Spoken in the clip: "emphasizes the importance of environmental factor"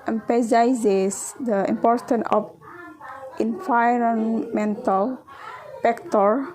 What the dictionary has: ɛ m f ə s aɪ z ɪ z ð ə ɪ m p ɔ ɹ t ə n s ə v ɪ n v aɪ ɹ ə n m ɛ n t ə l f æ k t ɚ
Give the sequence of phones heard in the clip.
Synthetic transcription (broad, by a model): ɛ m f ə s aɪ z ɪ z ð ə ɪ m p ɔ ɹ t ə n ə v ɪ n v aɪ ɹ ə n m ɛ n t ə l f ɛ k t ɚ